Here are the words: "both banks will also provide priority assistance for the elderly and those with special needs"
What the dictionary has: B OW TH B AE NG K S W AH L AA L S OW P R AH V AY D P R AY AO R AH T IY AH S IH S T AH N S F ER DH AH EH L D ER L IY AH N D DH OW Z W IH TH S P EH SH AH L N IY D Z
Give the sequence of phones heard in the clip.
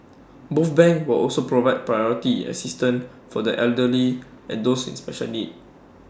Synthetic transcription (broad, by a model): B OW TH B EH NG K W AH L AA L S OW P R AH V AY D P R AY AO R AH T IY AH S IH S T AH N F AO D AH EH L D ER L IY AH N D OW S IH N S P EH SH AH L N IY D